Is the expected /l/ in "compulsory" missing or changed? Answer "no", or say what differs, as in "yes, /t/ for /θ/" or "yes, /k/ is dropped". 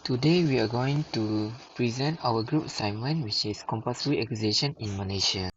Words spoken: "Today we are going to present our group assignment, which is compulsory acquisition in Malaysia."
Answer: yes, /l/ is dropped